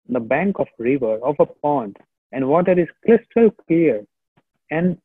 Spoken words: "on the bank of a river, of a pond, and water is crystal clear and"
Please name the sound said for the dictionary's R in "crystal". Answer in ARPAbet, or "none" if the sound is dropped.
L